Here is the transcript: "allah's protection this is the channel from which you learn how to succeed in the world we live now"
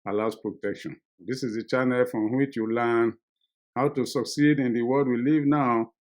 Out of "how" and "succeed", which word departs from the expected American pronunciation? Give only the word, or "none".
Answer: none